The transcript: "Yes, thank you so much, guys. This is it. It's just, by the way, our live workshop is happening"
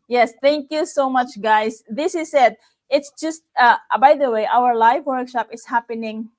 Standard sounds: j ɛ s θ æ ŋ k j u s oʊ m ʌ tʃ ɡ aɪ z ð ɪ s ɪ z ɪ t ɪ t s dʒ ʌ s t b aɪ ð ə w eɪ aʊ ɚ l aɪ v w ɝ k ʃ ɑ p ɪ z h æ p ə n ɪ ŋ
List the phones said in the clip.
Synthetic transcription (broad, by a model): j ɛ s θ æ ŋ k j u s oʊ m ʌ tʃ ɡ aɪ s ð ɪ s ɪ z ɪ t ɪ t s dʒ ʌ s t b aɪ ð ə w eɪ aʊ ɚ l aɪ v w ɝ k ʃ ɑ p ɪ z h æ p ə n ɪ ŋ